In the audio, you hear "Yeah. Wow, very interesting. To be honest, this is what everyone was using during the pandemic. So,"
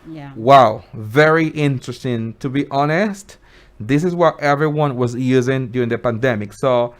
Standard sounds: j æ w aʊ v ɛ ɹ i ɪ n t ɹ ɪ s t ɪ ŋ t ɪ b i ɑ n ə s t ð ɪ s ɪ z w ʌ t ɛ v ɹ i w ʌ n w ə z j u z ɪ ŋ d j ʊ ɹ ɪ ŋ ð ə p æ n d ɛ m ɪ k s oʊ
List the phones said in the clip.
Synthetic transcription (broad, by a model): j w aʊ v ɛ ɹ i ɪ n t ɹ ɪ s t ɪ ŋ t ɪ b i ɑ n ə s t ð ɪ s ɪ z w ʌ t ɛ v ɹ i w ʌ n w ə z j u z ɪ ŋ d j ʊ ɹ ɪ ŋ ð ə p æ n d ɛ m ɪ k s oʊ